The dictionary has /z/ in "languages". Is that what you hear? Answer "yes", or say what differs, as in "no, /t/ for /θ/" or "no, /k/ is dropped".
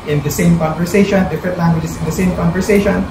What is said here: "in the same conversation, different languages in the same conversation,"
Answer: no, /s/ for /z/